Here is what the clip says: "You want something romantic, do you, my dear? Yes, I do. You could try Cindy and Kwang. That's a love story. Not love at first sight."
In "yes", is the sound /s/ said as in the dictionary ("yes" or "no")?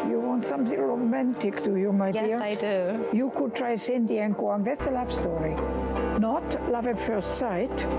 no